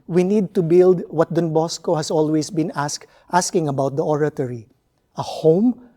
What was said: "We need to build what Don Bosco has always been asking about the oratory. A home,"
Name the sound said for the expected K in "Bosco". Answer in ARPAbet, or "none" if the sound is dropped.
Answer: K